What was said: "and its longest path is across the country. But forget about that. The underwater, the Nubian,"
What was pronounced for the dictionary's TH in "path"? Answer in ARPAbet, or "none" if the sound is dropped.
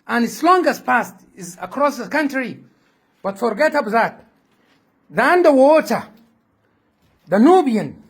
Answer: T